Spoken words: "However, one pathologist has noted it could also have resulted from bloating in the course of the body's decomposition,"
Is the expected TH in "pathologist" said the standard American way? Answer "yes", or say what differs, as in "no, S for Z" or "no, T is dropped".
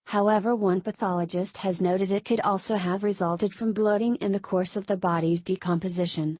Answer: yes